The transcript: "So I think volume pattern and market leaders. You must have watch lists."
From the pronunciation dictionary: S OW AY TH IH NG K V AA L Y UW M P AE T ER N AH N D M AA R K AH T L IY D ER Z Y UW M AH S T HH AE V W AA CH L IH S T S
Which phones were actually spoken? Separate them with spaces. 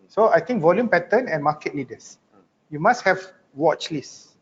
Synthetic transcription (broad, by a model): S OW AY T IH NG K V AA L Y UW M P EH T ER N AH N M AA K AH T L IY D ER S Y UW M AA S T HH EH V W AA CH L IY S S